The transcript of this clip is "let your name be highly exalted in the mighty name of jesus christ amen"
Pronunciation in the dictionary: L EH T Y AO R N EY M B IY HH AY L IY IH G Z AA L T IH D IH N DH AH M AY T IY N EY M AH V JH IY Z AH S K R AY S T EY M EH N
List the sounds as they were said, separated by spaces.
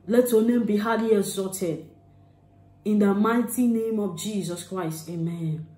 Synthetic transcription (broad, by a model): L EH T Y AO N EY M B IY HH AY L IY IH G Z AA T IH D IH N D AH M AY T IY N EY M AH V JH IY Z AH S K R AY S T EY M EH N